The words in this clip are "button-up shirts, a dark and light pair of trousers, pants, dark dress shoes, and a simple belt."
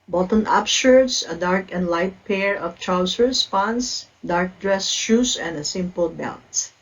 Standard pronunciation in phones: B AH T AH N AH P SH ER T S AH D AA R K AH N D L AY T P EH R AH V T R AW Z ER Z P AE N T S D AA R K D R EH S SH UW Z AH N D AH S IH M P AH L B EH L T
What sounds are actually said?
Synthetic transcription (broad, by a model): B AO T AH N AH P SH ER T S AH D AA R K AH N D L AY T P EH R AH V T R AW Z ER S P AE N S D AA R K D R EH S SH UW S AH N D AH S IH M P AH L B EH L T